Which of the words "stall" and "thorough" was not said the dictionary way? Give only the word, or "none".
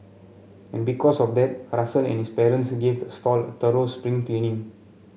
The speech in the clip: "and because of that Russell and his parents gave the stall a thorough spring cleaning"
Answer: thorough